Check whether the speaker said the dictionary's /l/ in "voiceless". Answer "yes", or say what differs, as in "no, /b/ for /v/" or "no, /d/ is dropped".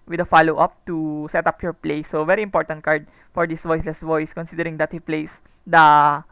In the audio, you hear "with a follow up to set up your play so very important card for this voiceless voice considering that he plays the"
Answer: yes